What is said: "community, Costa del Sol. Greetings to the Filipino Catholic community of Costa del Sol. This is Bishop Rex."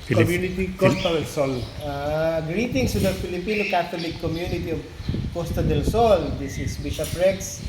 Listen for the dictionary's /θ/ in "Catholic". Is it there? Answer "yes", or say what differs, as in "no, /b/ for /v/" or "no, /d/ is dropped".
no, /t/ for /θ/